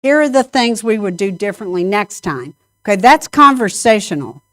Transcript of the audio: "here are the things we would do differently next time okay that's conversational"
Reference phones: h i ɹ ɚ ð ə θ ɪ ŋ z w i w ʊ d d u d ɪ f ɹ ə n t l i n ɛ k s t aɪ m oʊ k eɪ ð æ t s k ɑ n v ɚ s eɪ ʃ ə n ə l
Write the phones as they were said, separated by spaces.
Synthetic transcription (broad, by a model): h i ɹ ɚ ð ə θ ɪ ŋ z w i w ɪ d d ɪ d ɪ f ɹ ə n t l i n ɛ k s t aɪ m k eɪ ð æ t s k ɑ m v ɚ s eɪ ʃ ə n l